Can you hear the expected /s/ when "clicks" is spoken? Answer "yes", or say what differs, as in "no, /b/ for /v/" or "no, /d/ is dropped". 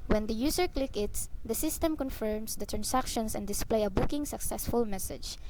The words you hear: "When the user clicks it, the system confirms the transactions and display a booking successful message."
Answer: no, /s/ is dropped